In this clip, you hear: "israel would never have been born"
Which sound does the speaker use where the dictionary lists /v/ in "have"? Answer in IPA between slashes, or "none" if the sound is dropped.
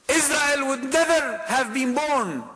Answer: /v/